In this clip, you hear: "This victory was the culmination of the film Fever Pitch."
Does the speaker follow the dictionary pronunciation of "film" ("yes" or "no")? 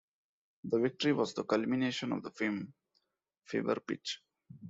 no